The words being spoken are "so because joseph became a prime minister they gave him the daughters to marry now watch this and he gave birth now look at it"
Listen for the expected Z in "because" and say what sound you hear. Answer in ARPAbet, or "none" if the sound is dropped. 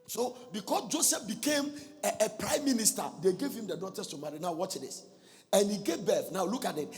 S